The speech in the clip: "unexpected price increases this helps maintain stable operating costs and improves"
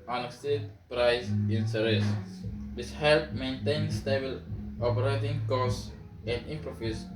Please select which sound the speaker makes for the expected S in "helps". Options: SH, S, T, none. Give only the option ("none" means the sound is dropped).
none